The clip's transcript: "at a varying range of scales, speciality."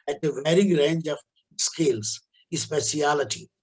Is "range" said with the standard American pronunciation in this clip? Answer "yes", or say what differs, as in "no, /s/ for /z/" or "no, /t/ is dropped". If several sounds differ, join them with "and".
yes